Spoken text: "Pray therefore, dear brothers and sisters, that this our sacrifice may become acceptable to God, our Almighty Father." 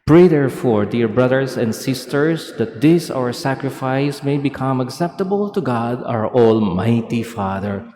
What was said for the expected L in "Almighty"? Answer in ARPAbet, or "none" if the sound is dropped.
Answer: L